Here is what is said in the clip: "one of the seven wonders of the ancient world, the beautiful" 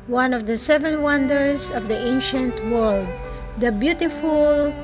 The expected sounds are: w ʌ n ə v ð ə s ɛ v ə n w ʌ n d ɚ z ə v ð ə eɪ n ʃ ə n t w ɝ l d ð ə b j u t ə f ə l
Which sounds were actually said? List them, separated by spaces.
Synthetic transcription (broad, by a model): w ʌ n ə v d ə s ɛ v ə n w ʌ n d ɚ s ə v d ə eɪ n ʃ ə n t w ɝ l d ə b j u t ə f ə l